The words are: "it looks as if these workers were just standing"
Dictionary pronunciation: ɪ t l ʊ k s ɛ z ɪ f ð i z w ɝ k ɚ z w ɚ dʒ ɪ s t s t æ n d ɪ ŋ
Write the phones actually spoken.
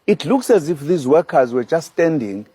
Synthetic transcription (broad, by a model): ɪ t l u k s ɛ z ɪ f ð i z w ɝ k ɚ z w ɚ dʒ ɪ s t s t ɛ n d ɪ ŋ